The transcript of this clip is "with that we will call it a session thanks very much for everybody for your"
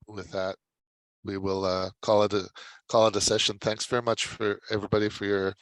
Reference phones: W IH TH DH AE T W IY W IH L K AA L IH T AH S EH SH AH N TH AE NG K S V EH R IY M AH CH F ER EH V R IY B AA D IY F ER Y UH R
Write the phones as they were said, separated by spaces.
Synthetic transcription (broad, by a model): W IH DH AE T W IY W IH L K AA L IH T AH S EH SH AH N TH AE NG K S V EH R IY M AH CH F ER EH V R IY B AA D IY F ER Y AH R